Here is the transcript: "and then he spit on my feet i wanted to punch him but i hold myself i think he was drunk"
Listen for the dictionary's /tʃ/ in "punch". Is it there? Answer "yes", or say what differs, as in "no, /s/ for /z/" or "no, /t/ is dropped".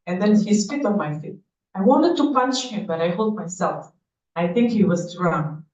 no, /ʃ/ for /tʃ/